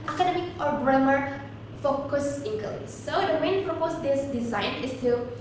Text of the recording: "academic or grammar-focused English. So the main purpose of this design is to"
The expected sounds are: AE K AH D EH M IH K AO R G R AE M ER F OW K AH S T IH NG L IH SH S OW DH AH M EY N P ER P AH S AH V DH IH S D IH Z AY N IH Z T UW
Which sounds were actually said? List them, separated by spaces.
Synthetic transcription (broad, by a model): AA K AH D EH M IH K AO R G R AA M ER F OW K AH S IH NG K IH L S OW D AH M EY N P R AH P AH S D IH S D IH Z AY N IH S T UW